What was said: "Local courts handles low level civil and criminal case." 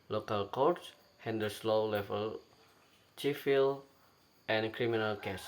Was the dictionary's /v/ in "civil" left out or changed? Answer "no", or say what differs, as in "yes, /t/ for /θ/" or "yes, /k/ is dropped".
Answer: yes, /f/ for /v/